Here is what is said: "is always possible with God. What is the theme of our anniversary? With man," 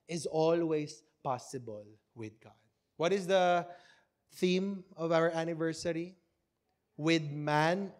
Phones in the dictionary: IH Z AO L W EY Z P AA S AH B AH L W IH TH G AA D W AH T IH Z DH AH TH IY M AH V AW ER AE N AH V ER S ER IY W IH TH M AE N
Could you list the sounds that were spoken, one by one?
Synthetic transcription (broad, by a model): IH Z AO L W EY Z P AA S AH B AH L W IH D G AA D W AH T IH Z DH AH TH IY M AH V AW ER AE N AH V ER S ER IY W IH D M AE N